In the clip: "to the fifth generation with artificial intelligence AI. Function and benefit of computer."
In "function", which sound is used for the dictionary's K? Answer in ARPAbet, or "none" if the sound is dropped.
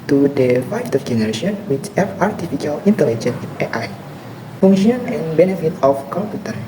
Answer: none